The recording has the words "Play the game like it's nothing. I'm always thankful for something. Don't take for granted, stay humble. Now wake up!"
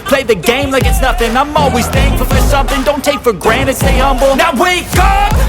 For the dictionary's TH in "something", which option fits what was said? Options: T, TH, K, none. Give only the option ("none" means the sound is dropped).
TH